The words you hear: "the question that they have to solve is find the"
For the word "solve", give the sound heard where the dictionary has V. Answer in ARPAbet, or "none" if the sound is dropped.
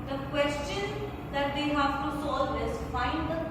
none